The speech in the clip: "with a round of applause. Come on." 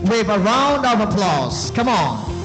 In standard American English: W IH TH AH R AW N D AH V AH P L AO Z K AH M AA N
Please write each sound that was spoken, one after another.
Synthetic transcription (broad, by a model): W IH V AH R AW N D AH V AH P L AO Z K AH M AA N